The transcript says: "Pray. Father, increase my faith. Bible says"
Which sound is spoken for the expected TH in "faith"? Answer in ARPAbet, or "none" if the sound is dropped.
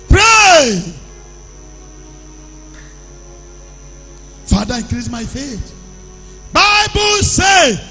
T